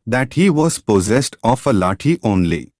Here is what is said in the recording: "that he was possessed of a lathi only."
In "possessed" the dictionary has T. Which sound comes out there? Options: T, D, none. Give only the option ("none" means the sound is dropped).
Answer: T